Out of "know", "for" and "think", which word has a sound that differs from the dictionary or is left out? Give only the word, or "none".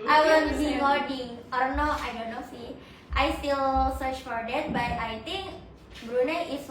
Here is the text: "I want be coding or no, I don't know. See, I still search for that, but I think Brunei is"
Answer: think